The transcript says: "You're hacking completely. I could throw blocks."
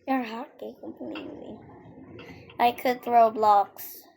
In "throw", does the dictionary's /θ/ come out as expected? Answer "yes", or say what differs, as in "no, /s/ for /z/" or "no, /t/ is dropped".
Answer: yes